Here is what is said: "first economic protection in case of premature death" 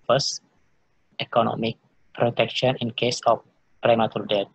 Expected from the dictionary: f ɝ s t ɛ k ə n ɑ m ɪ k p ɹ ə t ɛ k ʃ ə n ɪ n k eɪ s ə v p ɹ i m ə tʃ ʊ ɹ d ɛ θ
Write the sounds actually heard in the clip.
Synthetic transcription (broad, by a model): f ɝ s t ɛ k ə n ɑ m ɪ k p ɹ ə t ɛ k ʃ ə n ɪ n k eɪ s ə f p ɹ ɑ m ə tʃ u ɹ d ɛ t